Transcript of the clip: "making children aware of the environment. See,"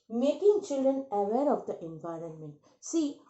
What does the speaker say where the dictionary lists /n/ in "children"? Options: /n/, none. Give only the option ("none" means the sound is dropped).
/n/